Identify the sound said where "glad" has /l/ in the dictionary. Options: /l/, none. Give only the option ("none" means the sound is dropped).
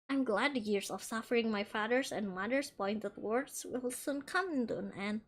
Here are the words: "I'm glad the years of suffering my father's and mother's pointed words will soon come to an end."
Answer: /l/